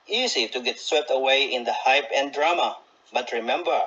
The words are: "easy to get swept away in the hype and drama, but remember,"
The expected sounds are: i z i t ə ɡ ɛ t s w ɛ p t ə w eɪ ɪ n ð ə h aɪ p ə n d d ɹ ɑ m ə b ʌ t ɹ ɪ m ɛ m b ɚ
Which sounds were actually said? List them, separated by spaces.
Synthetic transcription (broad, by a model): i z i t ə ɡ ɛ t s w ɛ p t ə w eɪ ɪ n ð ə h aɪ p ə n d d ɹ ɑ m ə b ʌ t ɹ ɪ m ɛ m b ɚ